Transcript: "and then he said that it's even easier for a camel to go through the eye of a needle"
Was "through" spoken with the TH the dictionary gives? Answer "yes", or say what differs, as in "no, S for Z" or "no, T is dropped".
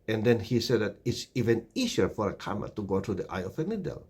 no, T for TH